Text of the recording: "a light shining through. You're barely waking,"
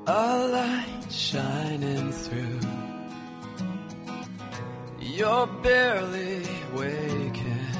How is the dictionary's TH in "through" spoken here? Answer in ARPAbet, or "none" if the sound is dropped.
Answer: TH